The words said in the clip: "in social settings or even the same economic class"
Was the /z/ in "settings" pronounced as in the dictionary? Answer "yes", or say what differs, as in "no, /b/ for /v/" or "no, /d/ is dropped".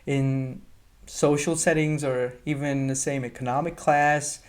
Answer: yes